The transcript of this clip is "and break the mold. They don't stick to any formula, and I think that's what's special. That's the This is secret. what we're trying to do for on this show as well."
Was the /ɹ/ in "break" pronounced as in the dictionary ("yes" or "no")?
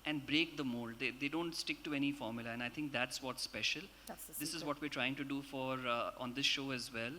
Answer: yes